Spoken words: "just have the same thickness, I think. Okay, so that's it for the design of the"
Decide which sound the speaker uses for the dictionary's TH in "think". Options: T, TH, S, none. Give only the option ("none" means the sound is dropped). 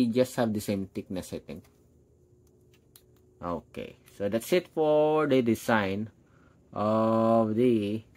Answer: T